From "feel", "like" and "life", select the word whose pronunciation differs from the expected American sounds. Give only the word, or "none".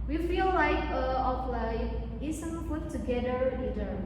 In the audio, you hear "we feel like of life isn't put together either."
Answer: life